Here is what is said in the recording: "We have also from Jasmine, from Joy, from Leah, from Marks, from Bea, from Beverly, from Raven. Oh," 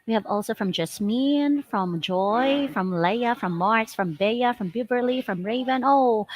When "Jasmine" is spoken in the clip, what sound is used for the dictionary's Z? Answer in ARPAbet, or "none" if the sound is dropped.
S